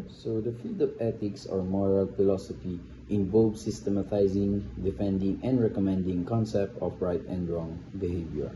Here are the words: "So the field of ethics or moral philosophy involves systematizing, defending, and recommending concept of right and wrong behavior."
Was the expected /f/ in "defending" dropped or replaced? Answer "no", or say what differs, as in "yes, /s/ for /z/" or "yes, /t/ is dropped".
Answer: no